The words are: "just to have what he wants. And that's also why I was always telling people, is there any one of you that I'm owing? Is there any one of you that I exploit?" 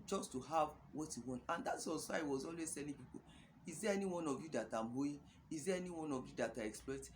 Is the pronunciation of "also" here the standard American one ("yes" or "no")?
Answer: no